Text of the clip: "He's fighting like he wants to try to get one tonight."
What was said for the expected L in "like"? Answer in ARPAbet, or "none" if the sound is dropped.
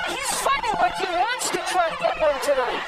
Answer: W